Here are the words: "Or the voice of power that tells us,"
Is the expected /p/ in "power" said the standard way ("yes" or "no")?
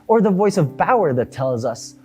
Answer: no